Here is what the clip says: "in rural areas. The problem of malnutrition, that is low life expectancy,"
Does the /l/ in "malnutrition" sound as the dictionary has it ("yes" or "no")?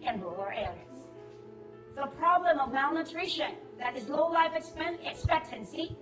yes